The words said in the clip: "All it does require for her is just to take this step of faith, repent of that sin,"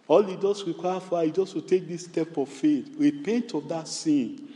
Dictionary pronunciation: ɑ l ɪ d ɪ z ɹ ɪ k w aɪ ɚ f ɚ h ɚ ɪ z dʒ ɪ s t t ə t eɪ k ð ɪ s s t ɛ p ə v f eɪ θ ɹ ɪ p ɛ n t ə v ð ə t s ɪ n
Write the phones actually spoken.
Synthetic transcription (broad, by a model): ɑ l ɪ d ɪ s ɹ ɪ k w aɪ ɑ f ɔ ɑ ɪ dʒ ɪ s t t ə t eɪ k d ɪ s s t ɛ p ə v f eɪ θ ɹ ɪ p ɛ n t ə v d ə t s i n